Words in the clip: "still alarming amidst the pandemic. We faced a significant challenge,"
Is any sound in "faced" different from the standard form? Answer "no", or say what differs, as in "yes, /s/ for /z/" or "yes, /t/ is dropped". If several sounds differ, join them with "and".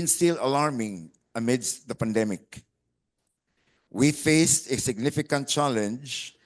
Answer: no